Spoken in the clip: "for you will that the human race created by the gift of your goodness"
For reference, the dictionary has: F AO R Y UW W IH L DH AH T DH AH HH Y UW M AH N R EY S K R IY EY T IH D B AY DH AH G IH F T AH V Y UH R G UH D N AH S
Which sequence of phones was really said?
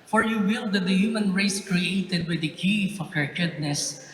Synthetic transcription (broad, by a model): F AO R Y UW W IH L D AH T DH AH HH Y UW M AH N R EY S K R IY EY T IH D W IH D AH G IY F AH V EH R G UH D N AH S